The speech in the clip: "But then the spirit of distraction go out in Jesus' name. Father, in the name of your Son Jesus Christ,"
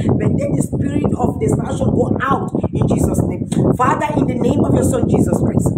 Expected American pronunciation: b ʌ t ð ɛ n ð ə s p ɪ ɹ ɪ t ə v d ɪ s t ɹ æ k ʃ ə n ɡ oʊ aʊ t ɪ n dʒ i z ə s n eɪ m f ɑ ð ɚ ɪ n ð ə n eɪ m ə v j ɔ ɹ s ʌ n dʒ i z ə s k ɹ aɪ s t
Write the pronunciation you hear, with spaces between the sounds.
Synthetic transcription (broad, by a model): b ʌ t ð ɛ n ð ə s p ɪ ɹ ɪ t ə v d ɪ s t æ ʃ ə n ɡ oʊ aʊ t ɪ n dʒ i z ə s n eɪ m f ɑ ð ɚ ɪ n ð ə n eɪ m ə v j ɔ s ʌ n dʒ i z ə s k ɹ aɪ s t